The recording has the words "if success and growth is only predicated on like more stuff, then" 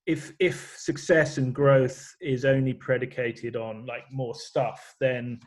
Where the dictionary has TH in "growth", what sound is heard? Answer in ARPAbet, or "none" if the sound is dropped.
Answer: TH